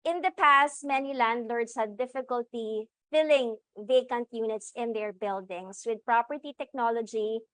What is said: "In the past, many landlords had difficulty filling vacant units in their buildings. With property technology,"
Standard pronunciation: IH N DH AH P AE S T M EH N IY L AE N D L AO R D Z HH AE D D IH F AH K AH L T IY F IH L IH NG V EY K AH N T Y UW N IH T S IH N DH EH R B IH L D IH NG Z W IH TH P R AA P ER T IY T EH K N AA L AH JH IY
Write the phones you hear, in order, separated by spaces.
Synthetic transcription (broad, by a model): IH N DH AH P AE S T M EH N IY L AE N D L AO R D S HH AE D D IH F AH K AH L T IY F IH L IH NG V EY K AH N T Y UW N IH T S IH N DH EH R B IH L D IH NG S W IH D P R AA P ER T IY T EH K N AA L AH JH IY